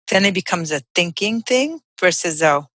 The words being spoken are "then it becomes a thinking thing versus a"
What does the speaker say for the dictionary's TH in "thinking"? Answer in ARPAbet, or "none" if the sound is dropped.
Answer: TH